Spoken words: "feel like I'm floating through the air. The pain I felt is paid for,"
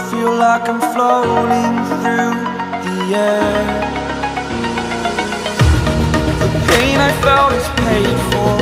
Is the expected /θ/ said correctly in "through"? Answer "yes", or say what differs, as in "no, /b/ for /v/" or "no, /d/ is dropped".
yes